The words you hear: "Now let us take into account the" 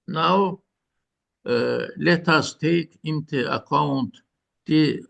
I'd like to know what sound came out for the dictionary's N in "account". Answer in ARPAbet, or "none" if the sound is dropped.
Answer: N